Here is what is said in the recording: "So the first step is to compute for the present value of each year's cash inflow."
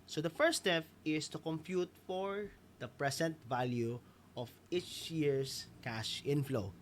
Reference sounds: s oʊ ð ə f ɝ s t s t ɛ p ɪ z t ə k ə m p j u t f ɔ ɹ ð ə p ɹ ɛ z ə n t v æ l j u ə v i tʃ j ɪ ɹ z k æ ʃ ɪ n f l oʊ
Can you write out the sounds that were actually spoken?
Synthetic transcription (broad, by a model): s oʊ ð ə f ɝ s s t ɛ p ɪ s t ə k ə m p j u t f ɔ ɹ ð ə p ɹ ɛ s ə n t v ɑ l j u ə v i tʃ j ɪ ɹ s k æ ʃ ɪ n f l oʊ